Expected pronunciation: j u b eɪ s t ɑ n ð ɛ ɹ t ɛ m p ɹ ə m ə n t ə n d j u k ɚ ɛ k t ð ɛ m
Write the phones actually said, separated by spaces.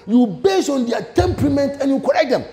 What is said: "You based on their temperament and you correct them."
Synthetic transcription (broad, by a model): j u b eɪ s ɑ n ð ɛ t ɛ m p ɹ ə m ə n t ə n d j u k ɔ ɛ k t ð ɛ m